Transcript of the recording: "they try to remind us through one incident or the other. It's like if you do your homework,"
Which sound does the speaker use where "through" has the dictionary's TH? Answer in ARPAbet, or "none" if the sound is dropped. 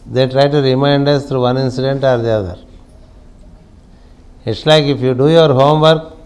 T